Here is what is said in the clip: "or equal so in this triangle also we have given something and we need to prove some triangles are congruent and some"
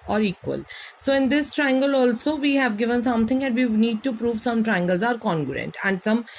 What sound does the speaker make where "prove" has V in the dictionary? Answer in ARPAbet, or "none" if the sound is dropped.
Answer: V